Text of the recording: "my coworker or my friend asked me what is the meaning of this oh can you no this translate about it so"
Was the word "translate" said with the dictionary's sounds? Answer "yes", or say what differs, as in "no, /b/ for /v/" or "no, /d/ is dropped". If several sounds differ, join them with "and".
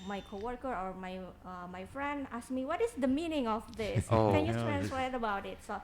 no, /w/ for /l/